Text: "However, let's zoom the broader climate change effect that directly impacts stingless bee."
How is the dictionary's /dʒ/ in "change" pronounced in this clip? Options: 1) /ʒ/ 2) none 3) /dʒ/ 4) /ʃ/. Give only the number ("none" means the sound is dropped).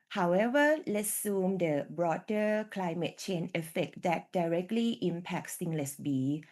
2